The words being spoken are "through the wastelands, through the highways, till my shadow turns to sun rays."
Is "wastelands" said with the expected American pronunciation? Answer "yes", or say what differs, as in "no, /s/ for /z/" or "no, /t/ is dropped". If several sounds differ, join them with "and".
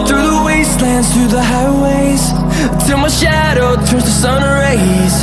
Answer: yes